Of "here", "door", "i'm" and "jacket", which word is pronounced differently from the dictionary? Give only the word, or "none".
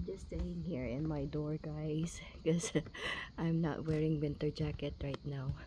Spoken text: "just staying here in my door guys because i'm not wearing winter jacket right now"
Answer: none